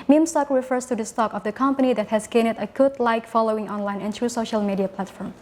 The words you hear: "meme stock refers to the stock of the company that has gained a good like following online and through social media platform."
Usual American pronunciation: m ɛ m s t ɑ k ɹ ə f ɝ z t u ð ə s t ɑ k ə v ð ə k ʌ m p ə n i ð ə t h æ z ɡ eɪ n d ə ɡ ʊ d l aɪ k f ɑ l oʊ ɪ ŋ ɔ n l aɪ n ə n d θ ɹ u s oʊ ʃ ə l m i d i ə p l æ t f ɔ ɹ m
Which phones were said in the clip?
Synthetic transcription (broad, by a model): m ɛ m s t ɑ k ɹ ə f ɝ s t u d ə s t ɑ k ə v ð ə k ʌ m p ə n i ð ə t h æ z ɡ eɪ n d ə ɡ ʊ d l aɪ k f ɑ l oʊ ɪ ŋ ɔ n l aɪ n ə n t ɹ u s oʊ ʃ ə l m i d i ə p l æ t f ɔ ɹ m